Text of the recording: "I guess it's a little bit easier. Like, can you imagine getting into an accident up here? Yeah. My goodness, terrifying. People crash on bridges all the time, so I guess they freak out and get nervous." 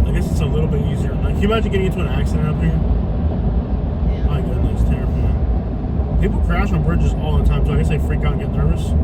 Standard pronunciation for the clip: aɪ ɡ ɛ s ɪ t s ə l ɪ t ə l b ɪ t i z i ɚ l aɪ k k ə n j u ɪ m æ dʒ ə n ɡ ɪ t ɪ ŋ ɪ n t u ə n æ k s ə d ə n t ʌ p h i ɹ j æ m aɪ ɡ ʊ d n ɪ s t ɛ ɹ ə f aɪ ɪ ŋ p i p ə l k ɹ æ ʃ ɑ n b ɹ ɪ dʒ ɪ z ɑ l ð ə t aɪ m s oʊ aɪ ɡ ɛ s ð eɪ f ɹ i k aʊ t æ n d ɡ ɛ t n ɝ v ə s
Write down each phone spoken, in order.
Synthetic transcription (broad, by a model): aɪ ɡ ɛ s ɪ t s ə l ɪ t l b ɪ t i z i ɚ l aɪ k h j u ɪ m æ ə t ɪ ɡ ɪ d ɪ n t u ə n æ k s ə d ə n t ʌ p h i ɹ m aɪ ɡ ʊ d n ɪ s t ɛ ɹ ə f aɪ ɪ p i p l k ɹ æ ʃ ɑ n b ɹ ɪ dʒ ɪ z ɑ l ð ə t aɪ m s oʊ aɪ ɡ ɛ s ð eɪ f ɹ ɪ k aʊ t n ɡ ɛ t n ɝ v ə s